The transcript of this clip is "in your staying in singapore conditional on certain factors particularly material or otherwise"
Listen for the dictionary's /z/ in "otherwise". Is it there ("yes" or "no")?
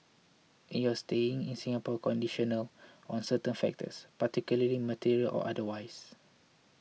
no